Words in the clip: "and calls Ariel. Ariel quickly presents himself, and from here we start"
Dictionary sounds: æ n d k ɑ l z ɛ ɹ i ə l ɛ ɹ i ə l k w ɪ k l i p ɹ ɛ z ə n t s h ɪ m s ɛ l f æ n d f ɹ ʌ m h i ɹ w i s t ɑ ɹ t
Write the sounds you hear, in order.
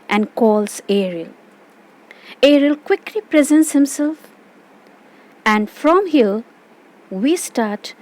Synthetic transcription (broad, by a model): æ n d k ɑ l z ɛ ɹ i ə l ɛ ɹ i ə l k w ɪ k l i p ɹ ɛ z ə n t s h ɪ m s ɛ l f æ n d f ɹ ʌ m h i l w i s t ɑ ɹ t